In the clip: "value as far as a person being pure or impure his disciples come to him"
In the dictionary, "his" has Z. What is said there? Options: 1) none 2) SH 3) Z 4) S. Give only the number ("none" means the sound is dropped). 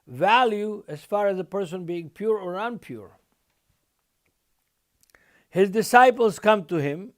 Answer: 3